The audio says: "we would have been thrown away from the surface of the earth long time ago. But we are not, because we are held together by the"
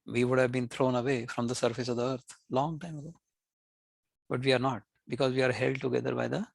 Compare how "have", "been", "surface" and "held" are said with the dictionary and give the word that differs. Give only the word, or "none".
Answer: none